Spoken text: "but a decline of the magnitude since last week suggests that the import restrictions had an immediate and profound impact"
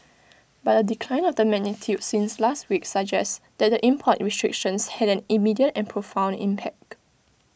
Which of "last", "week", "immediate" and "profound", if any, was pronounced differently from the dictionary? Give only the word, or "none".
profound